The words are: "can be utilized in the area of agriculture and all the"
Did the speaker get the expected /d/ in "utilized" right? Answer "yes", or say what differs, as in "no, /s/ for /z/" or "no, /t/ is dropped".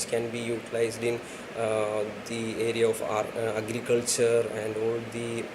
yes